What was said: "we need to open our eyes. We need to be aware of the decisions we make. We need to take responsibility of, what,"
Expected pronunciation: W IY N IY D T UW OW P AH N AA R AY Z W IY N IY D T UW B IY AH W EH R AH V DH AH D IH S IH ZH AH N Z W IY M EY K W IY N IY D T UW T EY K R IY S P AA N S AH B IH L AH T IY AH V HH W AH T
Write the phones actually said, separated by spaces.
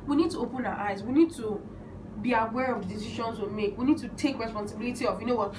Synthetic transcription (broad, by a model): W IY N IY D T UW OW P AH N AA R AY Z W IY N IY D T UW B IY AH W EH R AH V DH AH D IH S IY SH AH N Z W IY M EY K W IY N IY D T UW T EY K R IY S P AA N S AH B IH L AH T IY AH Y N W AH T